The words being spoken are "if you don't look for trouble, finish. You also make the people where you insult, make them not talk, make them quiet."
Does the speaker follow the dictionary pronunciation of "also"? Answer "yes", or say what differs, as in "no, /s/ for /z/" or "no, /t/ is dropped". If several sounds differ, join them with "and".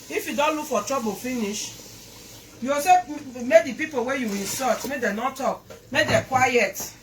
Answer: no, /l/ is dropped